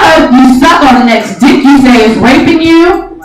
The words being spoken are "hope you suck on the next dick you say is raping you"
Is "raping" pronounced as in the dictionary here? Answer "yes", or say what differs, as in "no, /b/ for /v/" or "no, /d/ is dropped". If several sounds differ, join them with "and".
no, /w/ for /ɹ/